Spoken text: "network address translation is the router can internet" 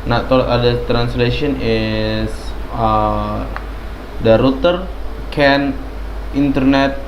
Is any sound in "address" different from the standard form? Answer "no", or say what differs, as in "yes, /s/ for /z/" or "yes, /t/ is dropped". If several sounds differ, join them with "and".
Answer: yes, /ɹ/ is dropped and /s/ is dropped